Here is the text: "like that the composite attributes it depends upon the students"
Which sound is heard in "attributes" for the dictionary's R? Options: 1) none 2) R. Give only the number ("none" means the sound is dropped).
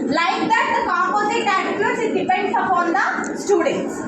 1